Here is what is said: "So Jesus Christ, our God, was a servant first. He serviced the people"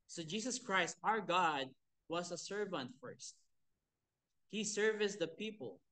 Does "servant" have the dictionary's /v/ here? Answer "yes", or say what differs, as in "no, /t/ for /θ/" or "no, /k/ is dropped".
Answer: yes